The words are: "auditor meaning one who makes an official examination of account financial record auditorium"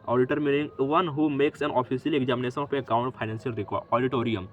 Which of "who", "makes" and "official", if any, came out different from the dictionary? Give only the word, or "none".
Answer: official